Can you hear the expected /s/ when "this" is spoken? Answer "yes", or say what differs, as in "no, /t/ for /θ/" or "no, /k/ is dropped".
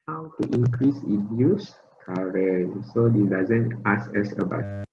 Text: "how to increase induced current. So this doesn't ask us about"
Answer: no, /s/ is dropped